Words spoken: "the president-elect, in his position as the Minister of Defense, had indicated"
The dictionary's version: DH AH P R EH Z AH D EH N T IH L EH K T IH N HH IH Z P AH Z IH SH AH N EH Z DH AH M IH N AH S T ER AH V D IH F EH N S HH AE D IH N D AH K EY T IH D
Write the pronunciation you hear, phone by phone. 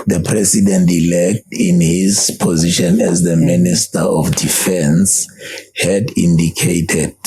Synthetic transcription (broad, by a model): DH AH P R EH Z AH D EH N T IH L EH K T IH N HH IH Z P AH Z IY SH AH N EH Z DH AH M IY N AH S T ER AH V D IH F EH N S HH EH D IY N D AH K EY T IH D